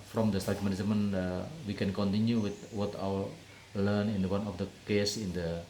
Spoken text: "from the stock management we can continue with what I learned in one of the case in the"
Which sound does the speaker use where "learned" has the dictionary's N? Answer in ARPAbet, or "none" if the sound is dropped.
L